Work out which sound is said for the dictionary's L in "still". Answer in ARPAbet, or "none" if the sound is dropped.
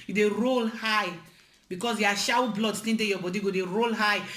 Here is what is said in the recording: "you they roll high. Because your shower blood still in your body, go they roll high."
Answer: N